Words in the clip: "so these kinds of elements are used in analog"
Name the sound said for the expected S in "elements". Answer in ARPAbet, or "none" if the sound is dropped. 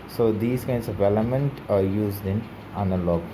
none